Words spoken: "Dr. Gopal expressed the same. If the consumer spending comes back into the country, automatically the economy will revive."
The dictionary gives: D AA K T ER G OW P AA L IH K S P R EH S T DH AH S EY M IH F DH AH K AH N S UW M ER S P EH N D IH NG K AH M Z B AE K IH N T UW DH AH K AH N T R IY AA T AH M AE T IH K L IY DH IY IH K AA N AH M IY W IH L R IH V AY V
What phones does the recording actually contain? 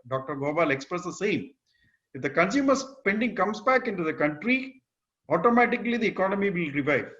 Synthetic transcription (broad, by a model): D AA K T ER G OW B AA L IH K S P R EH S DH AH S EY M IH F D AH K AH N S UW M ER S P EH N D IH NG K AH M S B AE K IH N T UW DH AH K AH N T R IY AA T AH M AE T IH K L IY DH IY IH K AA N AH M IY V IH L R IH V AY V